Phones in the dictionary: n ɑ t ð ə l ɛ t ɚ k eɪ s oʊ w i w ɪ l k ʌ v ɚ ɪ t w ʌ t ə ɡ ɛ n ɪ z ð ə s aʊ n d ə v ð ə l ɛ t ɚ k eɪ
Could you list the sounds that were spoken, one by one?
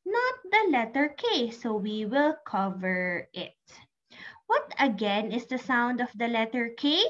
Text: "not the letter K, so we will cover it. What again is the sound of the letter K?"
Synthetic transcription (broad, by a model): n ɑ t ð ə l ɛ t ɚ k eɪ s oʊ w i w ɪ l k ʌ v ɚ ɪ t w ʌ t ə ɡ ɛ n ɪ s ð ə s aʊ n d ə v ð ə l ɛ t ɚ k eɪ